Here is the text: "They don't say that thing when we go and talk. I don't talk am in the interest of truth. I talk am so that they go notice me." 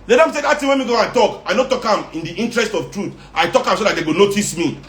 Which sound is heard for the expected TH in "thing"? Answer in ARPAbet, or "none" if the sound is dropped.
T